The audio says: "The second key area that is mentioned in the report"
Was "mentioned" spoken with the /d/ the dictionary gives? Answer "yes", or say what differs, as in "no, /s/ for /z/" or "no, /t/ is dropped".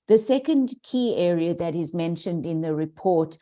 yes